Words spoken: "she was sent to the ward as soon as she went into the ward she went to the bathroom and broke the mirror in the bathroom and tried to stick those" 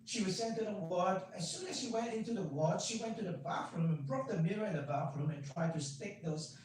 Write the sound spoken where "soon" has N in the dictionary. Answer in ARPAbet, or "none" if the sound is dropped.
N